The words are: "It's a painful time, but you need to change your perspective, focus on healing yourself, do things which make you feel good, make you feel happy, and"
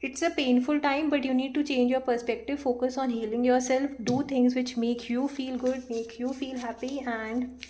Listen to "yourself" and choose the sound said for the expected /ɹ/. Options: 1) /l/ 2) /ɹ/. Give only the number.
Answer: 2